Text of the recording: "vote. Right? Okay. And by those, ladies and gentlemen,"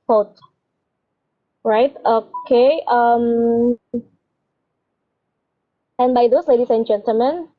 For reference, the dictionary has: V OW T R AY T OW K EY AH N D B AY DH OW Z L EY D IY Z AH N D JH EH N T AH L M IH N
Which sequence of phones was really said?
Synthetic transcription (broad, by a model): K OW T R AY T OW K EY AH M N B AY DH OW S L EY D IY S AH N JH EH N T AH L M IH N